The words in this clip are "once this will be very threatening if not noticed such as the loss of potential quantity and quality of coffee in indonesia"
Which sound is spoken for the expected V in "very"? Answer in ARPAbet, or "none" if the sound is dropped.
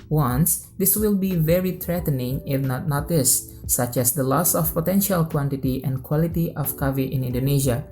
V